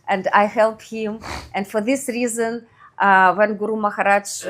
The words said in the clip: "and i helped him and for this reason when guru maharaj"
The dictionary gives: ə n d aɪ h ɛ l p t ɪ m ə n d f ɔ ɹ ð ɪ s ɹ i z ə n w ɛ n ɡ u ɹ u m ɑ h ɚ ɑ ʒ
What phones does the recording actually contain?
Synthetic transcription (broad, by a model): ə n d aɪ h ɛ l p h ɪ m ə n d f ɔ ɹ ð ɪ s ɹ i z ə n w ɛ n ɡ u ɹ u m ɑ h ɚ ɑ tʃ